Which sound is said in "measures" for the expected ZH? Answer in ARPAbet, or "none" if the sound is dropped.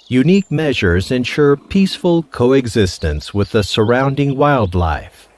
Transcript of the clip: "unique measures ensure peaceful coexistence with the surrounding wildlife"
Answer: ZH